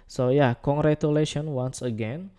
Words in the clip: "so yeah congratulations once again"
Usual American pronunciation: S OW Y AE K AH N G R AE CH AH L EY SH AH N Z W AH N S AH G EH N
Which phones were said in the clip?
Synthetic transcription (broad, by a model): S OW Y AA K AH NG G R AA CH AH L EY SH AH N W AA N S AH G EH N